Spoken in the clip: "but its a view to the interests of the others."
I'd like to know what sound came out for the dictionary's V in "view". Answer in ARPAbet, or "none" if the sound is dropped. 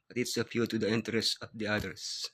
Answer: P